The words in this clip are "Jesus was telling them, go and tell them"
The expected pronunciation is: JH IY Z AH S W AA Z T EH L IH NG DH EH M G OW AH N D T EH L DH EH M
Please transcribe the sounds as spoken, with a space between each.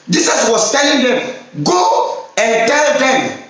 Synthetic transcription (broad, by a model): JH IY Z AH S W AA S T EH L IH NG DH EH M G OW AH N T EH L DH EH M